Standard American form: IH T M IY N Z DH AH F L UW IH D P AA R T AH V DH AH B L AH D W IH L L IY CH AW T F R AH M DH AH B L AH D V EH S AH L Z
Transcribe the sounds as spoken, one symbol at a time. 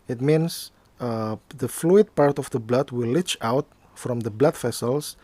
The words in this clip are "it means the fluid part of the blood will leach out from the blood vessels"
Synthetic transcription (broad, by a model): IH T M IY N S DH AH F L UW IH D P AA R T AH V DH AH B L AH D W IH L L IY CH AW T F R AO M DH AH B L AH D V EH S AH L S